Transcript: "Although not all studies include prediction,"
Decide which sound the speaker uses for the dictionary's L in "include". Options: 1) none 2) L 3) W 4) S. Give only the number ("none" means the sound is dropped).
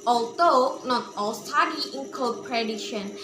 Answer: 1